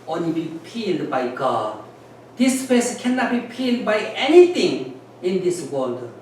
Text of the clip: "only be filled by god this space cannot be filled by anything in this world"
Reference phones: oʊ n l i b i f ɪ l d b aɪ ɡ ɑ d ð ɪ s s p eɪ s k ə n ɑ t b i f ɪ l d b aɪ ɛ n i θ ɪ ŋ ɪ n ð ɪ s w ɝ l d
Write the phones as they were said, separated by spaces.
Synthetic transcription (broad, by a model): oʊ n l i b i p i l d b aɪ ɡ ɑ d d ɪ s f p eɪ s k ə n ɑ t b i p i l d b aɪ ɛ n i t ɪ ŋ ɪ n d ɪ s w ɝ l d